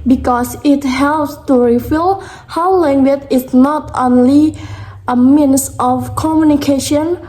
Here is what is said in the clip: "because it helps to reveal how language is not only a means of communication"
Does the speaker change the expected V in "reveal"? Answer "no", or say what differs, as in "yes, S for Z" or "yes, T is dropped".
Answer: yes, F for V